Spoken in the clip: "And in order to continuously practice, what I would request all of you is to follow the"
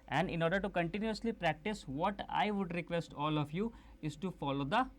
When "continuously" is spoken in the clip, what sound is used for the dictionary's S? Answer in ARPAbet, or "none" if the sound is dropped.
S